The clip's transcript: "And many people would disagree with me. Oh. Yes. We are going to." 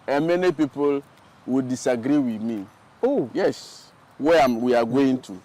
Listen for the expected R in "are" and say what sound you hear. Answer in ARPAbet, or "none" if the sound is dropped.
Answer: W